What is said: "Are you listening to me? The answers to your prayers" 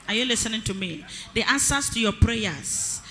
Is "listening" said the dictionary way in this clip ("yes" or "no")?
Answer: yes